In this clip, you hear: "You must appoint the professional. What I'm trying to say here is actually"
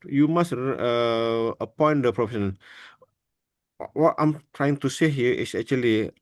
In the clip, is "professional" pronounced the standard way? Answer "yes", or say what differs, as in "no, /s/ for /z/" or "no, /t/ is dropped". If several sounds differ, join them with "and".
no, /n/ is dropped and /n/ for /l/